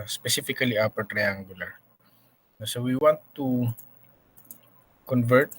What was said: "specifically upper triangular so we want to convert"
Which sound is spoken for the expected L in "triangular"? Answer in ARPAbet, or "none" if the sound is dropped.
N